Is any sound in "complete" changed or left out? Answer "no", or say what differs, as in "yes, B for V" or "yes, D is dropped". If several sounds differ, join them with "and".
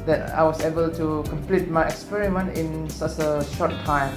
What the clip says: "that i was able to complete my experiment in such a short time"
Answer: no